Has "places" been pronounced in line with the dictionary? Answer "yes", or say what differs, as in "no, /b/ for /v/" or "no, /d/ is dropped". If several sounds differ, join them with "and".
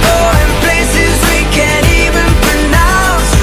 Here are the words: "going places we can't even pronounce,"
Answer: yes